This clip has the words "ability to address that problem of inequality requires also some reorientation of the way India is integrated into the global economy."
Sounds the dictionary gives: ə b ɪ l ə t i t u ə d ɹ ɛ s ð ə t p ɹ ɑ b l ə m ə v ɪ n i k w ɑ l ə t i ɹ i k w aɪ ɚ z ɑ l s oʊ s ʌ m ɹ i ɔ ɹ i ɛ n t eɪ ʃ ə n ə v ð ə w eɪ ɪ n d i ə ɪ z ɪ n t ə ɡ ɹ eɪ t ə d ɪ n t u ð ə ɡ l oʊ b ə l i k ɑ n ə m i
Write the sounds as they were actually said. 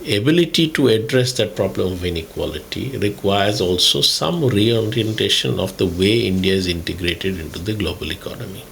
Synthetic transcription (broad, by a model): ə b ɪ l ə t i t u ə d ɹ ɛ s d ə t p ɹ ɑ b l ə m ə v ɪ n i k w ɑ l ə t i ɹ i k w aɪ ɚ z ɑ l s oʊ s ʌ m ɹ i ɔ ɹ i ɛ n t eɪ ʃ ə n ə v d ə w eɪ ɪ n d i ə ɪ z ɪ n t ə ɡ ɹ eɪ t ə d ɪ n t u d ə ɡ l oʊ b ə l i k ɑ n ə m i